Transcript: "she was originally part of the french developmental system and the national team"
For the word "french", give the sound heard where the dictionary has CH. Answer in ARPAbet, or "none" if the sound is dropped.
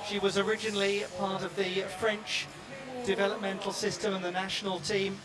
CH